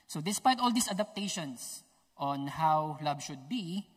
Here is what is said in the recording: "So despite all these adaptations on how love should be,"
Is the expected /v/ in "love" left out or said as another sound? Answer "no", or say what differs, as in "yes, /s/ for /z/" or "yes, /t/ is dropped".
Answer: yes, /b/ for /v/